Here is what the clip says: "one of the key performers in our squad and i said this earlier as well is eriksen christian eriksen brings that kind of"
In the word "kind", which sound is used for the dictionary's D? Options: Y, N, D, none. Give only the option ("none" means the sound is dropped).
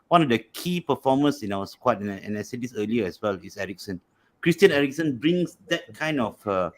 D